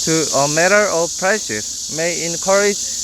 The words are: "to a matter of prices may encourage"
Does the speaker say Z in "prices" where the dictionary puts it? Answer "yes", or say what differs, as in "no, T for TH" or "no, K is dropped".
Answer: no, S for Z